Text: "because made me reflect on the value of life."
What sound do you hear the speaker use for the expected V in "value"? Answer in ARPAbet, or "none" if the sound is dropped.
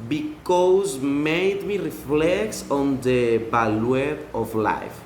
B